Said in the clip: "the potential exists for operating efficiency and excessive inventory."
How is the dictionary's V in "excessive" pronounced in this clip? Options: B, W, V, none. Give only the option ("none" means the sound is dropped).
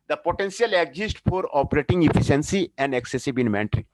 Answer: B